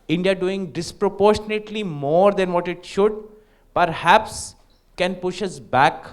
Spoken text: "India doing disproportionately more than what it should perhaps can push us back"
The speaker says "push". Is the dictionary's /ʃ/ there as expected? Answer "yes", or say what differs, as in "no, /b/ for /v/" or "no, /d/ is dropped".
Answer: yes